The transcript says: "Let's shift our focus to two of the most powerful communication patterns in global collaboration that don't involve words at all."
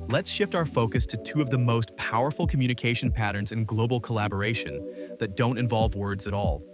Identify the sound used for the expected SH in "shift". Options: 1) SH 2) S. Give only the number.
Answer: 1